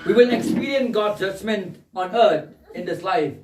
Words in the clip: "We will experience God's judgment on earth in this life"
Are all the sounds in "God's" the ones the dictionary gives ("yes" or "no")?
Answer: no